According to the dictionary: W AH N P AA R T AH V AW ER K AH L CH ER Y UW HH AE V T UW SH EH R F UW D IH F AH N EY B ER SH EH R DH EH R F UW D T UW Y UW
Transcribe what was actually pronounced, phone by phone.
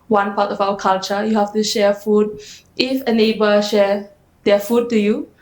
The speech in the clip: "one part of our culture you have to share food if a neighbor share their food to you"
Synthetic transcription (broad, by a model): W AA N P AA T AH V AW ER K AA L CH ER Y UW HH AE F T UW SH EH F UW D IH F AH N EY B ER SH EH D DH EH F UW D T UW Y UW